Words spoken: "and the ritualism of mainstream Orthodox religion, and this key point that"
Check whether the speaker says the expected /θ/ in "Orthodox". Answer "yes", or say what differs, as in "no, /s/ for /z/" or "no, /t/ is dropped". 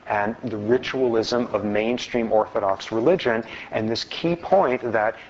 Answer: yes